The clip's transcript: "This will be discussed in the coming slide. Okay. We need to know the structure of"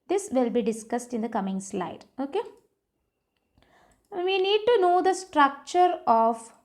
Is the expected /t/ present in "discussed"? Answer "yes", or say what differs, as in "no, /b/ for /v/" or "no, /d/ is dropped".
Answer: yes